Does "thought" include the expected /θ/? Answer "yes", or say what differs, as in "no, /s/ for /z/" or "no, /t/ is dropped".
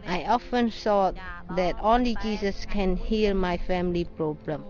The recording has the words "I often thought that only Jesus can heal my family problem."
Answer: no, /s/ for /θ/